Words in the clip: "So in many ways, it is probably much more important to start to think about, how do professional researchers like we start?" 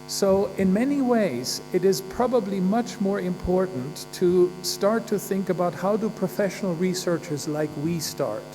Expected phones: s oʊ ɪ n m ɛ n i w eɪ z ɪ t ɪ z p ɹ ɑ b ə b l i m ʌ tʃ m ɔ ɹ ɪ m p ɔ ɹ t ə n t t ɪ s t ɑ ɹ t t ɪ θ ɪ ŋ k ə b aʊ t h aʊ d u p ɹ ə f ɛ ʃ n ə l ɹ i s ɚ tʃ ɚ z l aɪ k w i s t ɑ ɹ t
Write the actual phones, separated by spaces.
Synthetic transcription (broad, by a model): s oʊ ɪ n m ɛ n i w eɪ z ɪ t ɪ z p ɹ ɑ b ə b l i m ʌ tʃ m ɔ ɹ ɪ m p ɔ ɹ t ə n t t ɪ s t ɑ ɹ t t ɪ θ ɪ ŋ k ə b aʊ t h aʊ d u p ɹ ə f ɛ ʃ n l ɹ i s ɚ tʃ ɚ z l aɪ k w i s t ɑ ɹ t